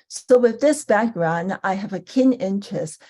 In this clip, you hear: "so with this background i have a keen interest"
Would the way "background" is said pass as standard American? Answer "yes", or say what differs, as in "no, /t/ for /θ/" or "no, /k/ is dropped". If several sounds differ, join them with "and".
yes